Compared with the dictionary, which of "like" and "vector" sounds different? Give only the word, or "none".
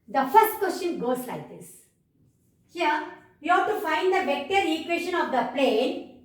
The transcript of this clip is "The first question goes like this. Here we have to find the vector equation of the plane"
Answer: vector